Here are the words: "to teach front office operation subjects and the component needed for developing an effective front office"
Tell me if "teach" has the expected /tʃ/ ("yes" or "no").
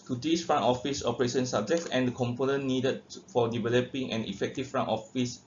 no